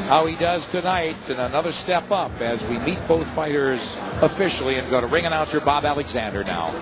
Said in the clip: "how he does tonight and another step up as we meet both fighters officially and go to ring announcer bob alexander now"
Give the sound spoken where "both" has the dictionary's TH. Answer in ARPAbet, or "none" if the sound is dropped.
TH